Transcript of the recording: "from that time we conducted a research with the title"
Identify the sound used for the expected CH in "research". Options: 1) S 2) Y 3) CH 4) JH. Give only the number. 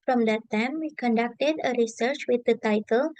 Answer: 3